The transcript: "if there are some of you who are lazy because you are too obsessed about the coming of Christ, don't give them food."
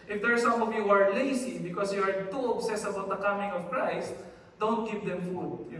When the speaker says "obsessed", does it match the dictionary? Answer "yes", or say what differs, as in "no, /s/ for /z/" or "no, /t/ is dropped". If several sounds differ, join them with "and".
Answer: no, /t/ is dropped